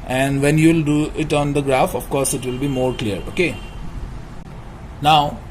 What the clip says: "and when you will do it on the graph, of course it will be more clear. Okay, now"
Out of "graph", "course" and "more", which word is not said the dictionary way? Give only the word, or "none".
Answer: none